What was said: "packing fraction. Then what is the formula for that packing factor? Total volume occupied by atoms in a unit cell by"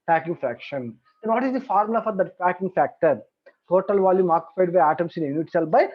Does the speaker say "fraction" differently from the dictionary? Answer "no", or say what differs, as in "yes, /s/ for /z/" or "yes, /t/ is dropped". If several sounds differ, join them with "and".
no